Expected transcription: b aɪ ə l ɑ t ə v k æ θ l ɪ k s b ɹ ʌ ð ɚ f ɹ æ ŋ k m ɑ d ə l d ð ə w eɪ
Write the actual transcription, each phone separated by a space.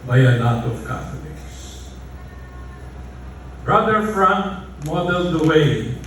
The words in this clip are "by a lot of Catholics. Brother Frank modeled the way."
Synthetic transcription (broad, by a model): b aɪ ə n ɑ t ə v k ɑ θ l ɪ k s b ɹ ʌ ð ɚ f ɹ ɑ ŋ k m ɑ d ə l d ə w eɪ